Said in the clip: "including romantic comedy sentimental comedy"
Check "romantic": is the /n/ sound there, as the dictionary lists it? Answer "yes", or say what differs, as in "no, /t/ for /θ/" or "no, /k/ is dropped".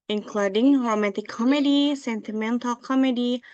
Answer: no, /n/ is dropped